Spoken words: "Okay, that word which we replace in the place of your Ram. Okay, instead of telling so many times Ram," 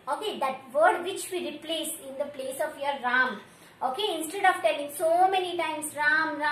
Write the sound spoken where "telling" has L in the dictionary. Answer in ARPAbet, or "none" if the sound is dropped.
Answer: L